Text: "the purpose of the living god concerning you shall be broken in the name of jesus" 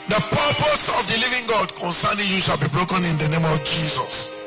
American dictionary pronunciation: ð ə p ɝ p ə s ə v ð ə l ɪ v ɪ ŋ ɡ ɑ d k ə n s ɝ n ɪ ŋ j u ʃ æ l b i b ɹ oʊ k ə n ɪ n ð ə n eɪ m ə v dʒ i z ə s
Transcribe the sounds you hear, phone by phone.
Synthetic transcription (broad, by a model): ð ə p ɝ p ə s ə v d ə l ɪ v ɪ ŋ ɡ ɑ d k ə n s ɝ n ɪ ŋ j u ʃ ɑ l b i b ɹ oʊ k ə n ɪ n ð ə n eɪ m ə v dʒ i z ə s